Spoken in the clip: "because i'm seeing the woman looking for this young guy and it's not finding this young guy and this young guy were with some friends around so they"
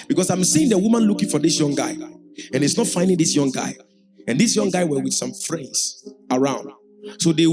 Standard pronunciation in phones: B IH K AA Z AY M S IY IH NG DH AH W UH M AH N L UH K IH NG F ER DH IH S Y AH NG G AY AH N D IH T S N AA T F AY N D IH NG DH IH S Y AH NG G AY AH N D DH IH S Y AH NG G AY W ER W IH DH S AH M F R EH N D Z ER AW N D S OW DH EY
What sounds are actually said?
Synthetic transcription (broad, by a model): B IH K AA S AY M S IY IH NG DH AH W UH M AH N L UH K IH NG F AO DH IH S Y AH NG G AY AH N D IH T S N AA T F AY N D IH NG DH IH S Y AH NG G AY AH N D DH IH S Y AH NG G AY W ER W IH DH S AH M F R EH N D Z ER AW N D S OW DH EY